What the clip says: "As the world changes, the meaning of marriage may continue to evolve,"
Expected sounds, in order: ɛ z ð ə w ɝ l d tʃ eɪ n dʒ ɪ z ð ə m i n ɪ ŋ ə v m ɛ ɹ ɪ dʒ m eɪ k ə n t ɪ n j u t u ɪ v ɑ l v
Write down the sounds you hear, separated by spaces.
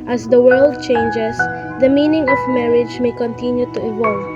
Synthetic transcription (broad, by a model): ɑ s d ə w ɝ l d tʃ eɪ n dʒ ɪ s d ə m i n ɪ ŋ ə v m ɛ ɹ ɪ dʒ m eɪ k ə n t ɪ n j u t u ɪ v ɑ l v